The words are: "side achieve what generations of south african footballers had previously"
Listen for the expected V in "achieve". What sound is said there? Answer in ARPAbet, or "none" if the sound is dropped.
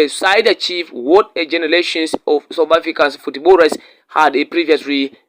F